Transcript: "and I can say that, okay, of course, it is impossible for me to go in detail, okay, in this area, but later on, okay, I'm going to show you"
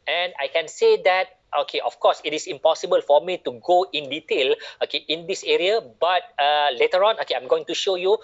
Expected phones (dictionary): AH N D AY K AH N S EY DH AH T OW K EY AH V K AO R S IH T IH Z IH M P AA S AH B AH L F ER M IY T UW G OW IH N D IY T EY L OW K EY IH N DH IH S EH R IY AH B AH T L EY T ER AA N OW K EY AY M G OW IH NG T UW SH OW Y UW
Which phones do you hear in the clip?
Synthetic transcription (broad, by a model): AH N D AY K AH N S EY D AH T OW K EY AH F K AO S IH T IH S IH M P AA S AH B AH L F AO M IY T UW G OW IH N D IY T EY L OW K EY IH N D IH S EH R IY AH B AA T L EY T ER AA N OW K EY AY M G OW IH NG T UW SH OW Y UW